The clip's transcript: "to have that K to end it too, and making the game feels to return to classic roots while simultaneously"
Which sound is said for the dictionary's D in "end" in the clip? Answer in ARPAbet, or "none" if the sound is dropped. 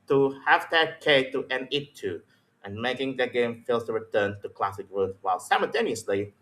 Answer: none